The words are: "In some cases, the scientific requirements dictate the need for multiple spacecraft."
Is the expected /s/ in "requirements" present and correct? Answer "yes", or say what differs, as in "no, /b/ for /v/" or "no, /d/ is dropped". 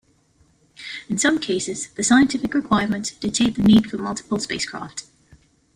no, /s/ is dropped